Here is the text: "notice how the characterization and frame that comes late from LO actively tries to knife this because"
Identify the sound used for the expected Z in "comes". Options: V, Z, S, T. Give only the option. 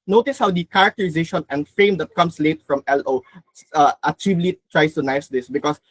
S